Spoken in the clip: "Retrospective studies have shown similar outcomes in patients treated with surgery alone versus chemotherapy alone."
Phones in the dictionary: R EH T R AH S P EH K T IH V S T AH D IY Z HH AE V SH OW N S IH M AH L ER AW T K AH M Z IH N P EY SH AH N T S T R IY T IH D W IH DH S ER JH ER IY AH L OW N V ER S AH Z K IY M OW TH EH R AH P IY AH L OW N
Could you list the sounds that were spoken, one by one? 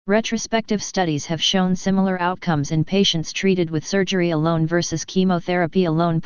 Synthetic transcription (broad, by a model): R EH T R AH S P EH K T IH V S T AH D IY Z HH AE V SH OW N S IH M L ER AW T K AH M Z IH N P EY SH AH N T S T R IY T IH D W IH DH S ER JH ER IY AH L OW N V ER S AH Z K IY M OW TH EH R AH P IY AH L OW N